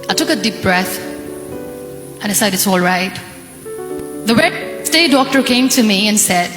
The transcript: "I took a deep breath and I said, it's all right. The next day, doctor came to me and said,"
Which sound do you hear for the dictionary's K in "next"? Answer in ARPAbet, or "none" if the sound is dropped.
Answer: none